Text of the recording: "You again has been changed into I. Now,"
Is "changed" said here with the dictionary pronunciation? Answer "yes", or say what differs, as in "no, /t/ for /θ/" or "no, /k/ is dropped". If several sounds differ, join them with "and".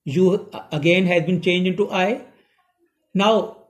no, /d/ is dropped